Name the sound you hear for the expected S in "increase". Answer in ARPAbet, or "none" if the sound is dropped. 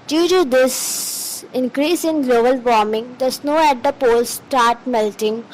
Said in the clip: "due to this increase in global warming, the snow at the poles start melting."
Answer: S